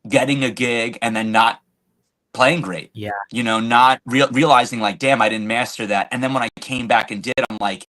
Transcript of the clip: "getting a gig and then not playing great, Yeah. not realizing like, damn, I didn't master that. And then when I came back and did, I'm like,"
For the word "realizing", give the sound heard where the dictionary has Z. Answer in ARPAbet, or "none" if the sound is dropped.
Z